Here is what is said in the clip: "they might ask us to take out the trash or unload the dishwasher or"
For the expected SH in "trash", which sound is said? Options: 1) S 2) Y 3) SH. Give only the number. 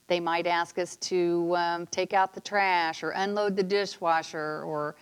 3